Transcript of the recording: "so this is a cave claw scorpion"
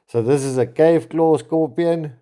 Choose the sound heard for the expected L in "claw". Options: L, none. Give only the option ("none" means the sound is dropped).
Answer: L